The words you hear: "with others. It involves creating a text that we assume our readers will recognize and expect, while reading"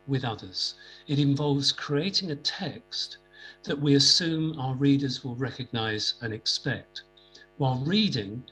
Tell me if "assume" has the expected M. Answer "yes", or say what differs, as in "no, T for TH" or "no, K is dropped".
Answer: yes